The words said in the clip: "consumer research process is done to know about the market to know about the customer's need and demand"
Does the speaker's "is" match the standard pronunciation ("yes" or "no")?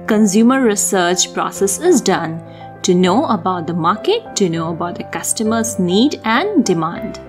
yes